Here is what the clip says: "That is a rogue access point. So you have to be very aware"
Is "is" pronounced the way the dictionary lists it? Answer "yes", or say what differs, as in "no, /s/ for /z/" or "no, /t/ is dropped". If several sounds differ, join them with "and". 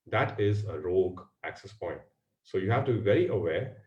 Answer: yes